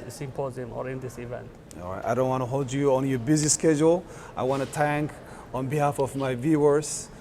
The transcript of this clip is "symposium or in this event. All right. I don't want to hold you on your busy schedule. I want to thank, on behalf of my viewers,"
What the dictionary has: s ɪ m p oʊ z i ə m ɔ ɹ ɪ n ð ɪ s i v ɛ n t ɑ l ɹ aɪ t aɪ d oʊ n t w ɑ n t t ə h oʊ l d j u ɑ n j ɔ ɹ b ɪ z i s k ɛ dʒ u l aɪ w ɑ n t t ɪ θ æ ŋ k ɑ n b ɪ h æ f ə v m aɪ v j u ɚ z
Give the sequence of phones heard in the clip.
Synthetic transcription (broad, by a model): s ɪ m p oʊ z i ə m ɔ ɹ ɪ n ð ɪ s i v ɛ n t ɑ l ɹ aɪ t aɪ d oʊ n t w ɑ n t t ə h oʊ l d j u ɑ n j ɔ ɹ b ɪ z i s k ɛ dʒ u l aɪ w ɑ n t t ɪ t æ ŋ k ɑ n b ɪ h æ f ə v m aɪ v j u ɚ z